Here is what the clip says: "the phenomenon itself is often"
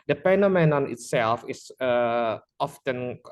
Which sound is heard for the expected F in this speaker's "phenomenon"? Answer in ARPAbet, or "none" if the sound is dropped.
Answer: P